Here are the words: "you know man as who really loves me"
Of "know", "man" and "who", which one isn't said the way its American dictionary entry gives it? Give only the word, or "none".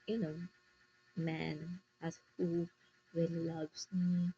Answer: none